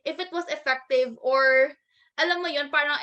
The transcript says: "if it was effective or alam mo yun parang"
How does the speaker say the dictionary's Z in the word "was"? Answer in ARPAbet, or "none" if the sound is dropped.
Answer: S